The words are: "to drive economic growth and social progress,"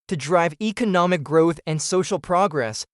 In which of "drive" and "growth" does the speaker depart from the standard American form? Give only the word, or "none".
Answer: none